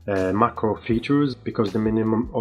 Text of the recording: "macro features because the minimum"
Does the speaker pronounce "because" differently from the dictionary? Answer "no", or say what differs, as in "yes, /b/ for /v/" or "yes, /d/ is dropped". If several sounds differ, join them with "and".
no